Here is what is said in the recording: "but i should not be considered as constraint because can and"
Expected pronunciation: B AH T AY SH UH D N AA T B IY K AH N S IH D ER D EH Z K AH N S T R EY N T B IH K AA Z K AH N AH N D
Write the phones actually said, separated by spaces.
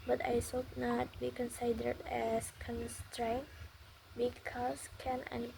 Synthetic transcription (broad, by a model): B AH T AY S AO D N AA T B IY K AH N S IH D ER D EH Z K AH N S T R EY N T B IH K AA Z K AH N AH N